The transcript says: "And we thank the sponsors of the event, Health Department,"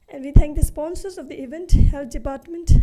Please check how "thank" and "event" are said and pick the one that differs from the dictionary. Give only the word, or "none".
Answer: thank